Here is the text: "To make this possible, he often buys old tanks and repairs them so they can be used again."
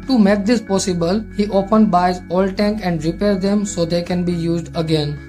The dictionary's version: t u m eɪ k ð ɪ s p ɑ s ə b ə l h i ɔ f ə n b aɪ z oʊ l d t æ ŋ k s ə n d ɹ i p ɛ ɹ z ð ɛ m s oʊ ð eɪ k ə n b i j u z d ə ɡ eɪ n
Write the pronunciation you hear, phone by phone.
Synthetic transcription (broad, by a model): t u m eɪ k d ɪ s p ɑ s ə b ə l h i ɔ p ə n b aɪ z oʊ l t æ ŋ k ə n d ɹ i p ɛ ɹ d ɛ m s oʊ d eɪ k ə n b i j u z d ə ɡ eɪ n